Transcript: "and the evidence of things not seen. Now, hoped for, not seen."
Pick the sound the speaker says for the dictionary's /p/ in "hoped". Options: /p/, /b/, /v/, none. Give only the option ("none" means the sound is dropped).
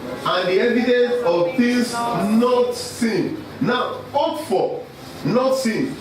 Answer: none